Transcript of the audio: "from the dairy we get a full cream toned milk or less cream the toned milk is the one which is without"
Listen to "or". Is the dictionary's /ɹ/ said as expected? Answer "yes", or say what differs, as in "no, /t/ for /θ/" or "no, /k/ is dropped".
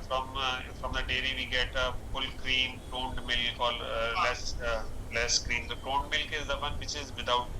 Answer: no, /l/ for /ɹ/